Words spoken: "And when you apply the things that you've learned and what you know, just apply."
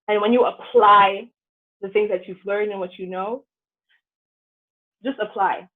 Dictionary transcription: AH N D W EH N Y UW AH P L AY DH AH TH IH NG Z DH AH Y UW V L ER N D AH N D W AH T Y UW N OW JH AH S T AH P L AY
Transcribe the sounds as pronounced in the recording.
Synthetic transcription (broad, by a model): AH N W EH N Y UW AH P L AY DH AH TH IH NG Z DH AH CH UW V L ER N D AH N W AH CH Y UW N OW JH AH S T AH P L AY